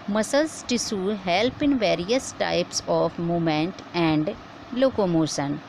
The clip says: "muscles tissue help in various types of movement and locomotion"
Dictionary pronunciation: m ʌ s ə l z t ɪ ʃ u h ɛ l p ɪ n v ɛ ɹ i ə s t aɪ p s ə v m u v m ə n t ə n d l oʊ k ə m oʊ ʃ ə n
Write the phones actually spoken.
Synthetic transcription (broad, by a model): m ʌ s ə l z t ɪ s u h ɛ l p ɪ n v ɛ ɹ i ə s t aɪ p s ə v m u m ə n t ə n d l oʊ k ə m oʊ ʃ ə n